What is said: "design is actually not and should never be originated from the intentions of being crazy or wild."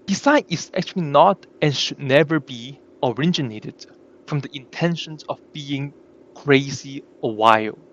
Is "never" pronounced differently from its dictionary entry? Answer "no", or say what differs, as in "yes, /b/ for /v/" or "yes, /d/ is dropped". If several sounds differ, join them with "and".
no